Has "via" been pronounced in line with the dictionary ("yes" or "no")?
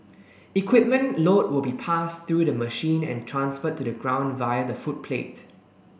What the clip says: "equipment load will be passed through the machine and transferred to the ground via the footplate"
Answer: yes